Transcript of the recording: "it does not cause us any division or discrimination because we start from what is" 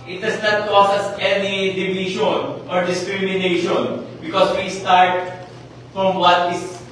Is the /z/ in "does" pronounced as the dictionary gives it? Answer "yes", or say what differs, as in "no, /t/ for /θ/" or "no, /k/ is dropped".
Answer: no, /s/ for /z/